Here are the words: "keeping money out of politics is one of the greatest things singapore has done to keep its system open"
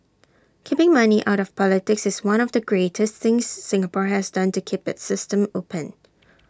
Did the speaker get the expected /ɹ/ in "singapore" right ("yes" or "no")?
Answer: yes